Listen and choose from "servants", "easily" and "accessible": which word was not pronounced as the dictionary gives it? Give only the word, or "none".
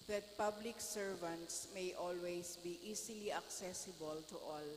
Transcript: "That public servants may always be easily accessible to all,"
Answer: easily